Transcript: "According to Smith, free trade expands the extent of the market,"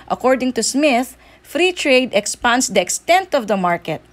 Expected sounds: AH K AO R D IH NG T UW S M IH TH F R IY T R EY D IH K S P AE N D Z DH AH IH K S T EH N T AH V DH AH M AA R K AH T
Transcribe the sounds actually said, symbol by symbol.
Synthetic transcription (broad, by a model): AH K AO R D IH NG T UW S M IH TH F R IY T R EY D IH K S P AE N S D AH IH K S T EH N T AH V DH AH M AA R K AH T